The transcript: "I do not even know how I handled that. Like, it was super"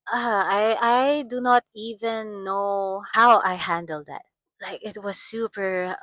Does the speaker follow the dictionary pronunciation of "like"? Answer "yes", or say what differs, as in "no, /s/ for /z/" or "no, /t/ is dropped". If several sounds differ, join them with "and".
yes